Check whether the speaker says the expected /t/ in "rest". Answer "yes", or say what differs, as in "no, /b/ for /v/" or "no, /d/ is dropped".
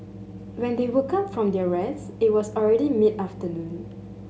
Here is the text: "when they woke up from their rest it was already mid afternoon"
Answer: no, /t/ is dropped